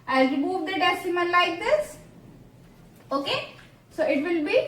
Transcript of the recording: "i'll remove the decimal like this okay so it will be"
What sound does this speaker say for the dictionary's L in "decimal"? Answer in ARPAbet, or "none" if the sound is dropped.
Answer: N